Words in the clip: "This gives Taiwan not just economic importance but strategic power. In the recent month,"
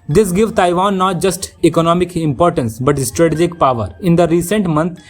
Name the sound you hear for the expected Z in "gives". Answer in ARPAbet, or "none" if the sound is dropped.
none